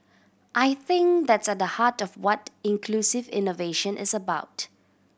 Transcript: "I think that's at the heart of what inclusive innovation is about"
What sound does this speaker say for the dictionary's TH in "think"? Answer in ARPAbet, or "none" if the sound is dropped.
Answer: TH